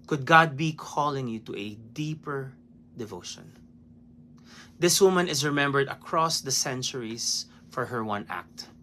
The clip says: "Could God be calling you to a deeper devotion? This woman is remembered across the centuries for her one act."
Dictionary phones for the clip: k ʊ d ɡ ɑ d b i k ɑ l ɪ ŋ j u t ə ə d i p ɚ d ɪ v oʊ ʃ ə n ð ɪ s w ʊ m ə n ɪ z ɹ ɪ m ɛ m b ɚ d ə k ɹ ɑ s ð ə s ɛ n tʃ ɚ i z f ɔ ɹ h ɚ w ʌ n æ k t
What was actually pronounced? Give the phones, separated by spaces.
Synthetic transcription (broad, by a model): k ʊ d ɡ ɑ d b i k ɑ l ɪ ŋ j u t ə ə d i p ɚ d ɪ v oʊ ʃ ə n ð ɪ s w ʊ m ə n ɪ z ɹ ɪ m ɛ m b ɚ d ə k ɹ ɑ s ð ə s ɛ n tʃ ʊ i s f ɔ ɹ h ɚ w ʌ n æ k t